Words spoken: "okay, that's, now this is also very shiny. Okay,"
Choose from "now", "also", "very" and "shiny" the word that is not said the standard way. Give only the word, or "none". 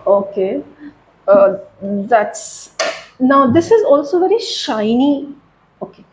none